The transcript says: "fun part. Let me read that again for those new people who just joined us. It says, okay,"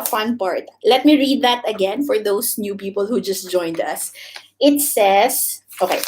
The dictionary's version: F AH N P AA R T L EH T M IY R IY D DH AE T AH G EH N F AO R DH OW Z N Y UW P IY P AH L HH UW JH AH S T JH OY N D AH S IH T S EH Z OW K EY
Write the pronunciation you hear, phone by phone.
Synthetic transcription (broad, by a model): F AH N P AA R T L EH T M IY R IY D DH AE T AH G EH N F AO R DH OW S N Y UW P IY P AH L HH UW JH AH S T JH OY N D AH S IH T S EH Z OW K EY